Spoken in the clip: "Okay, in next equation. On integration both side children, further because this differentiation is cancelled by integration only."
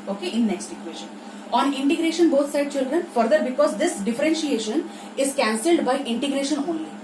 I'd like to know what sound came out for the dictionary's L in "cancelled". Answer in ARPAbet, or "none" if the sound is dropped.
L